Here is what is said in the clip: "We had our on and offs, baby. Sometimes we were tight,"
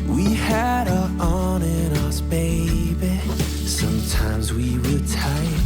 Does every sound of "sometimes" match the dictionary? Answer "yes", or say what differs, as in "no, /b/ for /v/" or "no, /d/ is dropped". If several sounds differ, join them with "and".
yes